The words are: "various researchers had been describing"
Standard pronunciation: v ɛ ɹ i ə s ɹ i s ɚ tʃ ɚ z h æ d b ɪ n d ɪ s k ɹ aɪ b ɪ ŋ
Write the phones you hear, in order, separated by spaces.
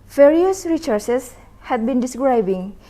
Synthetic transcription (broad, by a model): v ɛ ɹ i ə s ɹ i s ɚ s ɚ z h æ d b ɪ n d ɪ s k ɹ aɪ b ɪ ŋ